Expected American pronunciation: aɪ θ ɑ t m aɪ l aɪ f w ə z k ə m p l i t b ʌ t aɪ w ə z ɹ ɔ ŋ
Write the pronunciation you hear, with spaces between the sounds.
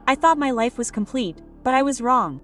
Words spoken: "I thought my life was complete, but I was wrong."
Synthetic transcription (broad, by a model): aɪ θ ɑ t m aɪ l aɪ f w ə z k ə m p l i t b ʌ t aɪ w ə z ɹ ɔ ŋ